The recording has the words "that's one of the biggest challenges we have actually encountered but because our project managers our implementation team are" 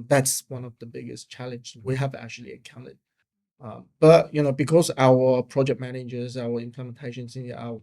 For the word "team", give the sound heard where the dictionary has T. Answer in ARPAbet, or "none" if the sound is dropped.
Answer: S